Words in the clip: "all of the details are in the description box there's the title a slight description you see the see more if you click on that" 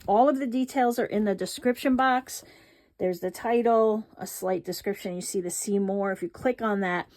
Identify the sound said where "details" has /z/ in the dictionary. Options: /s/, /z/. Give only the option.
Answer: /z/